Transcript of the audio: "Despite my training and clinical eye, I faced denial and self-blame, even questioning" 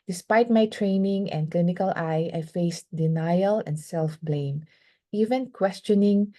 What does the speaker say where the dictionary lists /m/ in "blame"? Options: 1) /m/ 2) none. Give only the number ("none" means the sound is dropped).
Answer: 1